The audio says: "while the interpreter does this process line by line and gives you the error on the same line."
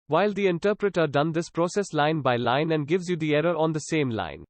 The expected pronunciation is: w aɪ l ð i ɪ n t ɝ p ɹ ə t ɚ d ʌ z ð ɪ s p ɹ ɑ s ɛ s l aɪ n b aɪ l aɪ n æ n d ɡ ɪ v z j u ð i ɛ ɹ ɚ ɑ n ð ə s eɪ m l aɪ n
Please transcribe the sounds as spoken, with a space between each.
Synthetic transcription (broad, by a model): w aɪ l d i ɪ n t ɝ p ɹ ə t ɚ d ʌ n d ɪ s p ɹ ɑ s ɛ s l aɪ n b aɪ l aɪ n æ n d ɡ ɪ v z j u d i ɛ ɹ ɚ ɑ n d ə s eɪ m l aɪ n